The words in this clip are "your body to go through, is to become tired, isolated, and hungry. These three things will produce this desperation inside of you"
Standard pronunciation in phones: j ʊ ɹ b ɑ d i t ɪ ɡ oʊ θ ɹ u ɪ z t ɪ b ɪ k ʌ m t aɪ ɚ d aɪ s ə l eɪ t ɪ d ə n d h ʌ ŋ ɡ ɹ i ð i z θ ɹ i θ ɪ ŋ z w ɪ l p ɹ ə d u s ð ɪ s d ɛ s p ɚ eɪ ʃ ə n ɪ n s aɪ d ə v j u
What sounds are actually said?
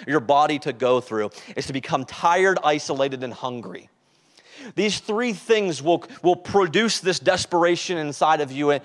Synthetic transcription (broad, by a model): j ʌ ɹ b ɑ d i t ɪ ɡ oʊ θ ɹ u ɪ z t ɪ b ɪ k ʌ m t aɪ ɚ d aɪ s ə l eɪ t ɪ d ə n h ʌ ŋ ɡ ɹ i ð i z θ ɹ i θ ɪ ŋ z w ɪ l p ɹ ə d u s ð ɪ s d ɛ s p ɚ eɪ ʃ ə n ɪ n s aɪ d ə v j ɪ